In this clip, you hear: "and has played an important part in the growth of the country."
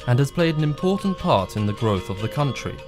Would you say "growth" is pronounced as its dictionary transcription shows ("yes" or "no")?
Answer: yes